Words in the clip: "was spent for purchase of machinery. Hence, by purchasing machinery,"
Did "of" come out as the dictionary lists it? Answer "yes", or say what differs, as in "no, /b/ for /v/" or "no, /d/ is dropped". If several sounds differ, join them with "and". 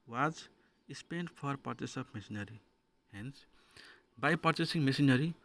no, /p/ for /v/